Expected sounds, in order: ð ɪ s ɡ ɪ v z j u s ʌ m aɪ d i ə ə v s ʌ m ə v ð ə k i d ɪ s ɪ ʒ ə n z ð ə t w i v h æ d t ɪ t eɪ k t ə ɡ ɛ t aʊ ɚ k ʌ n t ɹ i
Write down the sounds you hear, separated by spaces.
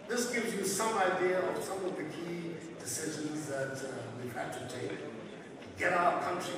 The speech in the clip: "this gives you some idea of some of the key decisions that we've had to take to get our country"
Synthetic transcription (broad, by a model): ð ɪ s ɡ ɪ v z j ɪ s ʌ m aɪ d i ə ə v s ʌ m ə v ð ə k i d ɪ s ɪ ʒ ə n z ð ə t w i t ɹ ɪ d t ɪ t eɪ k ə ɡ ɛ t aʊ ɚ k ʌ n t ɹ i